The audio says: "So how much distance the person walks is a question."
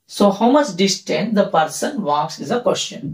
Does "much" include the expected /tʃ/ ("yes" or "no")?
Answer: no